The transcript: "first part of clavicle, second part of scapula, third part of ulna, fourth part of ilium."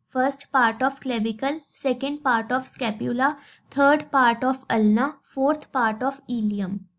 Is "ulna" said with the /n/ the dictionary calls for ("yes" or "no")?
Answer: yes